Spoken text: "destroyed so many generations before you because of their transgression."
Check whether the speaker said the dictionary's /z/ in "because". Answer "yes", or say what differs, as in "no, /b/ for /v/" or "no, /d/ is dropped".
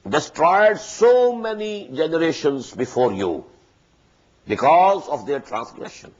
yes